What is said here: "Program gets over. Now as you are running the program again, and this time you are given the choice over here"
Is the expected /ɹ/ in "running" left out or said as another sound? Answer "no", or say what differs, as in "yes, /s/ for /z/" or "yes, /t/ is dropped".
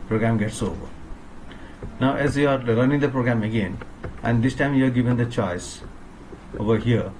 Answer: yes, /l/ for /ɹ/